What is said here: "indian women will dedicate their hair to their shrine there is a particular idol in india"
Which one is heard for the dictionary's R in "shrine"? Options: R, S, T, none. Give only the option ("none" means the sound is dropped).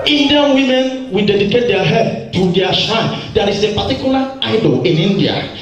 none